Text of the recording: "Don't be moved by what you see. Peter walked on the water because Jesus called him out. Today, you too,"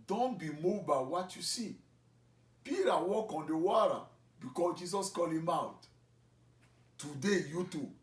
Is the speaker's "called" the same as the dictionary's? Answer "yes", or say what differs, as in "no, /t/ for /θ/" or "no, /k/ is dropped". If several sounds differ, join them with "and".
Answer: no, /d/ is dropped